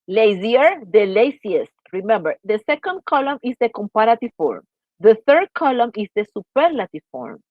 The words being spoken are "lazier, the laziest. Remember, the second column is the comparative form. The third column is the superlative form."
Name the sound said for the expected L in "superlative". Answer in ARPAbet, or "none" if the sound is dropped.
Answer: L